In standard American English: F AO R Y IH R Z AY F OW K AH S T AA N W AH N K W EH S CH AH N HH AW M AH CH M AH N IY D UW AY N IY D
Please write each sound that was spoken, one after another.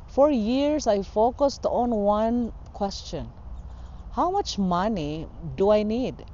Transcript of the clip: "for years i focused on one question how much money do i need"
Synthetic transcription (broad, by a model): F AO R Y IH R S AY F OW K AH S T AA N W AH N K W EH S CH AH N HH AW M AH CH M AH N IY D UW AY N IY D